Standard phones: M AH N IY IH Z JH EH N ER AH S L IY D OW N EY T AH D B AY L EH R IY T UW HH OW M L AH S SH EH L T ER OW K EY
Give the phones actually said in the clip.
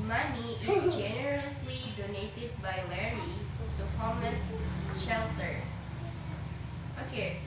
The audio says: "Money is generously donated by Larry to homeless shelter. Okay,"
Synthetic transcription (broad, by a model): M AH N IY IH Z JH EH N ER AH S L IY D OW N EY T AH D B AY L EH R IY T UW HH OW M AH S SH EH L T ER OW K EY